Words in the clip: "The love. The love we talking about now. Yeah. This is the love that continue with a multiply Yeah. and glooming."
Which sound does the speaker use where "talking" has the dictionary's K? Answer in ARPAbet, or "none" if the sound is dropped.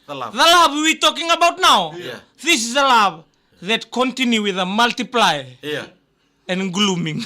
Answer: K